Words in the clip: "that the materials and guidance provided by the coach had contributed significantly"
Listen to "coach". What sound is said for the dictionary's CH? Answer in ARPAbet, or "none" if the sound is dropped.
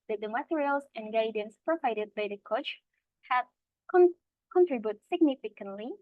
CH